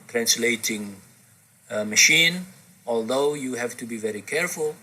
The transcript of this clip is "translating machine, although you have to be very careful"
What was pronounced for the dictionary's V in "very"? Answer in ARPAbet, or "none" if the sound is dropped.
V